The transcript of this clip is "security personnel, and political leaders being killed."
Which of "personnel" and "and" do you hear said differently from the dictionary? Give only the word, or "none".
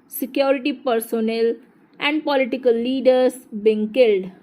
none